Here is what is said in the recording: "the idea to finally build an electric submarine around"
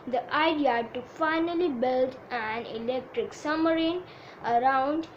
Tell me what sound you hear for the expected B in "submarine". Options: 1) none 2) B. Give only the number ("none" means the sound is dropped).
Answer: 1